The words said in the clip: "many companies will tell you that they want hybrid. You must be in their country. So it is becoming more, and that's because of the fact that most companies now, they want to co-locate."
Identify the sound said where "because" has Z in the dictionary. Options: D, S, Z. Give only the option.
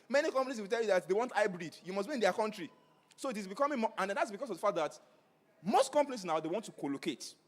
S